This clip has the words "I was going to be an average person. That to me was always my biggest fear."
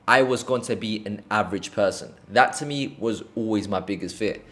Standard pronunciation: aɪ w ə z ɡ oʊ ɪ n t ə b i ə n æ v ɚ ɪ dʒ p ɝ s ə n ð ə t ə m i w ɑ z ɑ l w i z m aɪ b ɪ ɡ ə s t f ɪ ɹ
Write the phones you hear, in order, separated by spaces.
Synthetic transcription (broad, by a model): aɪ w ə z ɡ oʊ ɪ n t ə b i ə n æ v ɚ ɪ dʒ p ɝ s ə n ð ə t ə m i w ɑ z ɑ l w i z m aɪ b ɪ ɡ ə s t f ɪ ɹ